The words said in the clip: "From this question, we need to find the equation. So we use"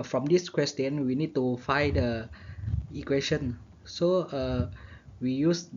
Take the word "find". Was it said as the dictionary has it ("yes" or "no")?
no